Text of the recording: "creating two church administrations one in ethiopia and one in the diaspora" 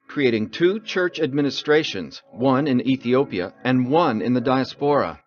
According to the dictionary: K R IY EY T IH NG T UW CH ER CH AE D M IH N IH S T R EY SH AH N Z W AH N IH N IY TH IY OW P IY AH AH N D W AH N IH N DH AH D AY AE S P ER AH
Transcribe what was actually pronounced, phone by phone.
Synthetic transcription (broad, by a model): K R IY EY T IH NG T UW CH ER CH AE D M IH N IH S T R EY SH AH N Z W AH N IH N IY TH IY OW P IY AH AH N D W AH N IH N DH AH D AY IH S P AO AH